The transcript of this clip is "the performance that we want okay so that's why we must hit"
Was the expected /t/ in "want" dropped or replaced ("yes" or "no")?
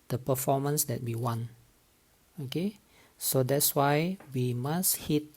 yes